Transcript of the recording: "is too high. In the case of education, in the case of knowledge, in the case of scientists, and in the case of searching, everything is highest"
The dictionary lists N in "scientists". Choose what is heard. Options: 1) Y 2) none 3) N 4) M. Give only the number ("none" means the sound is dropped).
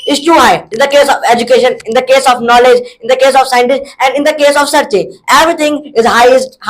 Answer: 3